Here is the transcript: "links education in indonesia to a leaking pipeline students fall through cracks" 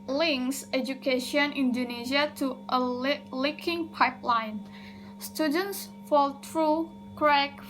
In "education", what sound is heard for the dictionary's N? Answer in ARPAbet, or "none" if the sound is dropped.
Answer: none